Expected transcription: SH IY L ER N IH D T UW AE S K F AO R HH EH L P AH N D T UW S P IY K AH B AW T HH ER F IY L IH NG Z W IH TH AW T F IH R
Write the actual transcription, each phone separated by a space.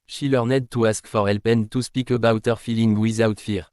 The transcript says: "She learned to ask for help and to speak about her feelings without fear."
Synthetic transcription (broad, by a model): SH IY L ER N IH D T UW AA S K F AO R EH L P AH N T UW S P IY K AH B AW T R F IY L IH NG W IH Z AW T F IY R